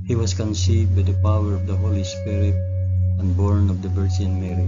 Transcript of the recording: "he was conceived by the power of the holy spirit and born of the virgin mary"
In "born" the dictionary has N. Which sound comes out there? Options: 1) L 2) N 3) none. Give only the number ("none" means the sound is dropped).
2